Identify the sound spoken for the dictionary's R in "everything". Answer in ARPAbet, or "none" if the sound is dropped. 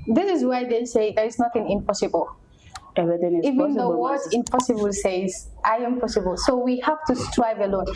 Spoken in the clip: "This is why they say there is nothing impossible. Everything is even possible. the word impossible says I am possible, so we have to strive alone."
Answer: none